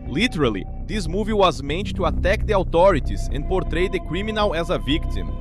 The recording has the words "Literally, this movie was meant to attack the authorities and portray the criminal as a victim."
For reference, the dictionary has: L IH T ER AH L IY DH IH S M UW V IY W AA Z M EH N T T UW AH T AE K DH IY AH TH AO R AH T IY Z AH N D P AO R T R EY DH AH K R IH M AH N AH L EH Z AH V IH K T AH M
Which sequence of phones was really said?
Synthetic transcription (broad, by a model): L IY T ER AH L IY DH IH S M UW V IY W AA Z M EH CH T T UW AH T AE K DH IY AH T AO R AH T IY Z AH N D P AO R T R EY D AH K R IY M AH N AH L EH Z AH V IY K T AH M